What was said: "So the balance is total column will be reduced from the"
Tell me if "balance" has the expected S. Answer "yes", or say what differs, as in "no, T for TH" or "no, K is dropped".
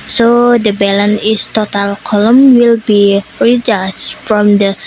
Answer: no, S is dropped